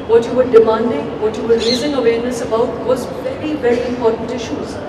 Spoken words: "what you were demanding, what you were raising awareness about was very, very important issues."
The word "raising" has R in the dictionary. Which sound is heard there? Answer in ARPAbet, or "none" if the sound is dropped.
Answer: L